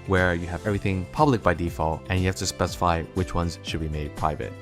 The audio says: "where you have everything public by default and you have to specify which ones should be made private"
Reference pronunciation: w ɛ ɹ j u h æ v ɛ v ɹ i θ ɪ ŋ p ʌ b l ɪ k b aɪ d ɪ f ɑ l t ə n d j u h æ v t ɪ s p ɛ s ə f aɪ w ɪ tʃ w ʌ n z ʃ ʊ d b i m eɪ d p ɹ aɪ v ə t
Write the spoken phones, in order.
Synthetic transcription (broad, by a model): w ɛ ɹ j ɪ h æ v ɛ v ɹ i θ ɪ ŋ p ʌ b l ɪ k b aɪ d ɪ f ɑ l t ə n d j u h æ f t ɪ s p ɛ s ə f aɪ w ɪ tʃ w ʌ n z ʃ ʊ d b i m eɪ d p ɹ aɪ v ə t